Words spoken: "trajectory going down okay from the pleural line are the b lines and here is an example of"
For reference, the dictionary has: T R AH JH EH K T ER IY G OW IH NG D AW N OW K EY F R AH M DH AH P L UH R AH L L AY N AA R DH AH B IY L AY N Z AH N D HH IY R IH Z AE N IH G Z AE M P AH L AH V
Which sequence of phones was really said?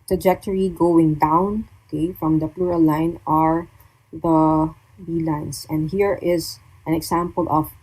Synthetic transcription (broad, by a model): T R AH JH EH K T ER IY G OW IH NG D AW N OW K EY F R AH M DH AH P L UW R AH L L AY N AA R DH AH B IY L AY N S AH N D HH IY R IH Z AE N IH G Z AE M P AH L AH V